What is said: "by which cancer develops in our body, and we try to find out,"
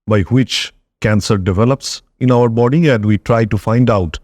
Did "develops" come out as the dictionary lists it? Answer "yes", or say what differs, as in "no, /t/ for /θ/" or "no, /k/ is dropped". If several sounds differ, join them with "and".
yes